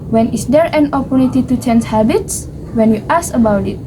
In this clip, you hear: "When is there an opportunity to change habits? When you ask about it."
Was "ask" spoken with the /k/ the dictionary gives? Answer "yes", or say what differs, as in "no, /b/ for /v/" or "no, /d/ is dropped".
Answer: no, /k/ is dropped